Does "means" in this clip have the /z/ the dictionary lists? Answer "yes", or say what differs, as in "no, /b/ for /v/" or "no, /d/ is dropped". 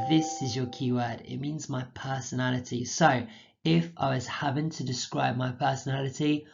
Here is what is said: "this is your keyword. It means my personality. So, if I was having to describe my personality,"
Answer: yes